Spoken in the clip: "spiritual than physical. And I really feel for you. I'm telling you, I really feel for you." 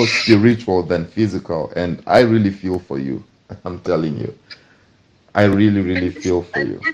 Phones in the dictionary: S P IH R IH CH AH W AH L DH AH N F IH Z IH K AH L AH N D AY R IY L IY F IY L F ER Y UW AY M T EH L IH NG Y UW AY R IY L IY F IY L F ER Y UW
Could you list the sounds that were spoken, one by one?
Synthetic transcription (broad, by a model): S P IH R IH CH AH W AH L DH AH N F IH Z IH K AH L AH N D AY R IY L IY F IY L F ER Y UW AY M T EH L IH NG Y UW AY R IY L IY F IY L F ER Y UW